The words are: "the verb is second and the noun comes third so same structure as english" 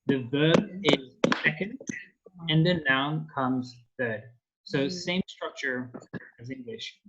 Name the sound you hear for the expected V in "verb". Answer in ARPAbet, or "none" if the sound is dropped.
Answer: V